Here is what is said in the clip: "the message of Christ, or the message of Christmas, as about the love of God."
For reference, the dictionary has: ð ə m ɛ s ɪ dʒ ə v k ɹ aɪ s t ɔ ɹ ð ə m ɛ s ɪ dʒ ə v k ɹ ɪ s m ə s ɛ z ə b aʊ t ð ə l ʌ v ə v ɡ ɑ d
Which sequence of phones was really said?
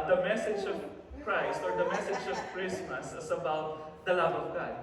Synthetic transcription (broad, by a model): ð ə m ɛ s ɪ dʒ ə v k ɹ aɪ s t ɔ ɹ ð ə m ɛ s ɪ dʒ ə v k ɹ ɪ s m ə s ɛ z ə b aʊ t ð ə l ʌ v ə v ɡ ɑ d